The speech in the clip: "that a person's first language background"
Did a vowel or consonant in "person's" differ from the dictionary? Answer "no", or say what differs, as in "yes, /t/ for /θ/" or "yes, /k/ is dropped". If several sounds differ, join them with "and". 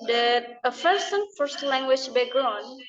yes, /f/ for /p/ and /z/ is dropped